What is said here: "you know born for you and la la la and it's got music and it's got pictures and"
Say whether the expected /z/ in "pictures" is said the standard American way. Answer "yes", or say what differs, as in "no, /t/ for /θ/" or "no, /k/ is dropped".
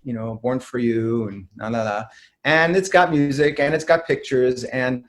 yes